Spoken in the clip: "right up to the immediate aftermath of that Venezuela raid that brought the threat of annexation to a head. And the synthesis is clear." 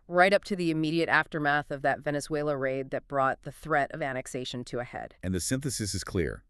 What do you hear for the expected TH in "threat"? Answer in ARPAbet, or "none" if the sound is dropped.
TH